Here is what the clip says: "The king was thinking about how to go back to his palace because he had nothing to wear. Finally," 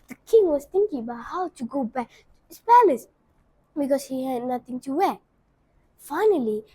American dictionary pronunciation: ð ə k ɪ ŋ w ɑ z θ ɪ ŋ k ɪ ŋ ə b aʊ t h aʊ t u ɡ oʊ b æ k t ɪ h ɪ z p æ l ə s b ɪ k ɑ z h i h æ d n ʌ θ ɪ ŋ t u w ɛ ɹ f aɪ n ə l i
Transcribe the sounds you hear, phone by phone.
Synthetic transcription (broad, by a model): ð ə k ɪ ŋ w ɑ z t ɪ ŋ k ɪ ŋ ə b aʊ t h aʊ t u ɡ oʊ b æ k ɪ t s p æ l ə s b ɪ k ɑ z h i h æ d n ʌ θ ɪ ŋ t u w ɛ f aɪ n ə l i